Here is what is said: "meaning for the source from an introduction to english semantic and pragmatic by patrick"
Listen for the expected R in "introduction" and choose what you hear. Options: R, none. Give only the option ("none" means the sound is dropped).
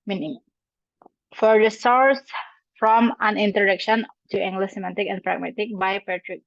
none